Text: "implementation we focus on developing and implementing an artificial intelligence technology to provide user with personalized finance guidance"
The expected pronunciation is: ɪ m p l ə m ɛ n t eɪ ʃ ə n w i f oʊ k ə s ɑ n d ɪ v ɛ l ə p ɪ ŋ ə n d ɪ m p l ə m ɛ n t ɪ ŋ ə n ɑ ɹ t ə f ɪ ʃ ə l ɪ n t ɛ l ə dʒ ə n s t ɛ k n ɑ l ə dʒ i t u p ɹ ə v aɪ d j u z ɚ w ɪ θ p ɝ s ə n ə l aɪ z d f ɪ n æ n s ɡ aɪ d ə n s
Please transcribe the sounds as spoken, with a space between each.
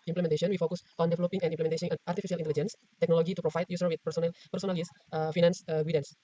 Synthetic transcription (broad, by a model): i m p l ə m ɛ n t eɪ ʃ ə n w i f oʊ k ə s ɑ n d ɪ v ɛ l ə p ɪ ŋ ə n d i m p l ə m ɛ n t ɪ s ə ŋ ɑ ɹ t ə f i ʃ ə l ɪ n t ɛ l ə dʒ ə n s t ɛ k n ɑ l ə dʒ i t u p ɹ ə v aɪ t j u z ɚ w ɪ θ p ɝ s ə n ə n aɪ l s f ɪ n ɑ n s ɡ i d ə n s